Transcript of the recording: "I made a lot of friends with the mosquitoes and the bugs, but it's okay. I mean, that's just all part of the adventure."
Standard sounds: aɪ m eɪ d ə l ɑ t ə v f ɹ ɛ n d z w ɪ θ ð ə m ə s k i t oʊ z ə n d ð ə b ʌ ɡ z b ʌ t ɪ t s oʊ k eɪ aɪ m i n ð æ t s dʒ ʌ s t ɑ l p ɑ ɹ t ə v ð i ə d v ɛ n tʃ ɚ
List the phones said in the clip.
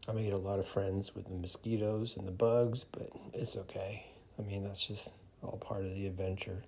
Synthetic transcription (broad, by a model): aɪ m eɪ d ə l ɑ t ə v f ɹ ɛ n d z w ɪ ð ə m ə s k i t oʊ z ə n ð ə b ʌ ɡ z b ʌ t ɪ t s oʊ k eɪ aɪ m i n ð æ t s dʒ ʌ s t ɑ l p ɑ ɹ t ə v ð i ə d v ɛ n tʃ ɚ